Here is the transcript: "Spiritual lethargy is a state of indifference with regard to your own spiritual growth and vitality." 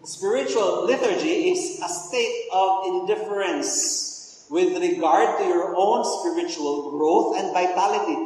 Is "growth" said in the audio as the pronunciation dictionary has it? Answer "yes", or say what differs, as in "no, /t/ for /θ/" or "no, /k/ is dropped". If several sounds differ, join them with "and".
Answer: no, /t/ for /θ/